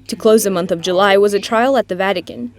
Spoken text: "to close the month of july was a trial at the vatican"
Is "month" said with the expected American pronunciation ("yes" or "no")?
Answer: yes